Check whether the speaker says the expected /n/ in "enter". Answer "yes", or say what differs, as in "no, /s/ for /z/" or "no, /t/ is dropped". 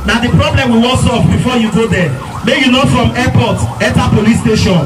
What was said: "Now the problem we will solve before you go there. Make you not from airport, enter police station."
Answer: no, /n/ is dropped